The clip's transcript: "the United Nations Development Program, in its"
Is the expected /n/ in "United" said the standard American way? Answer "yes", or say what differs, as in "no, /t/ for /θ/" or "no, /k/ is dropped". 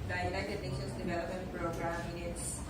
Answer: no, /n/ is dropped